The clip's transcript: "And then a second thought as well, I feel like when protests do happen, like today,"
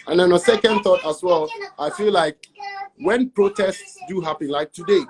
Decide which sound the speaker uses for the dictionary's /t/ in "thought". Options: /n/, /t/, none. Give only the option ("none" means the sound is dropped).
/t/